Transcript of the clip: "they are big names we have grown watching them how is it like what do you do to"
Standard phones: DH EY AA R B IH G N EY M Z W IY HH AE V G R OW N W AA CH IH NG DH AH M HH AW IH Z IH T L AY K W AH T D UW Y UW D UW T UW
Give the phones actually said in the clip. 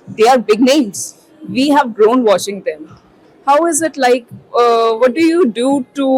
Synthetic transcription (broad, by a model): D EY AA R B IH G N EY M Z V IY HH AE V G R OW N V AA SH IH NG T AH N HH AW IH Z IH T L AY K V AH T D UW Y UW D UW T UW